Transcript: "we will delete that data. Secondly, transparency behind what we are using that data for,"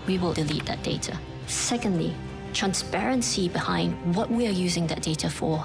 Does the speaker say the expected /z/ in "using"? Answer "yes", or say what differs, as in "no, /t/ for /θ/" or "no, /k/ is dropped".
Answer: yes